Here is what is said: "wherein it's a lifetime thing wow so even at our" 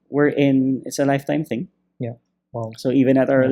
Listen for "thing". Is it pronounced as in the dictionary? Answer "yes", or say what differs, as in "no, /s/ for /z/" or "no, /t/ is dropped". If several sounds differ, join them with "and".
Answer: yes